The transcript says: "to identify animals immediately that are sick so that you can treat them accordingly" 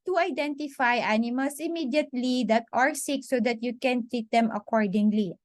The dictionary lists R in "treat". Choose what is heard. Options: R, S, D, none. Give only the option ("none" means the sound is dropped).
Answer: R